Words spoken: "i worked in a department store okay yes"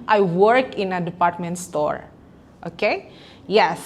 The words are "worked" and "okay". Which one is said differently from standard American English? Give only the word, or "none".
worked